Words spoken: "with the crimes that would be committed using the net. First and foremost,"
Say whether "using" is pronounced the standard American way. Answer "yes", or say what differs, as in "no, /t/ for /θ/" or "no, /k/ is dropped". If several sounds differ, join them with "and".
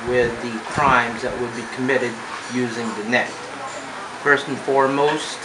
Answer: yes